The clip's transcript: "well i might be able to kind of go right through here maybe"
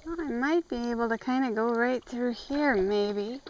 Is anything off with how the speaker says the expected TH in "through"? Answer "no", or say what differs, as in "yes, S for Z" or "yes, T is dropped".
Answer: no